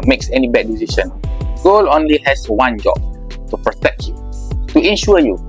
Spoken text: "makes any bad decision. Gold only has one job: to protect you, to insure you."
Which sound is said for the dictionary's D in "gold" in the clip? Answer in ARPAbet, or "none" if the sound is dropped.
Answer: none